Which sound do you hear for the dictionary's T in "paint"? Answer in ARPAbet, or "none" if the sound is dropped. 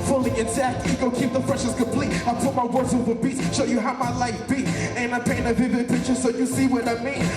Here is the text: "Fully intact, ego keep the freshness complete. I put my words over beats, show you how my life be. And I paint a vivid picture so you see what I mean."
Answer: none